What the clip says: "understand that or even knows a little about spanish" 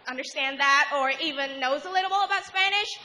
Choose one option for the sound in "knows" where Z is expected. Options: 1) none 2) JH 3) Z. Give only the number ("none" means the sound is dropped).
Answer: 3